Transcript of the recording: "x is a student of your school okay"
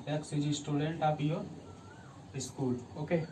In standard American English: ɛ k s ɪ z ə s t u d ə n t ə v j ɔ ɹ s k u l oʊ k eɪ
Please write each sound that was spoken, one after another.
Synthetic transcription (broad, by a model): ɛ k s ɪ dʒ ə s t u d ə n t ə p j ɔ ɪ s k u l oʊ k eɪ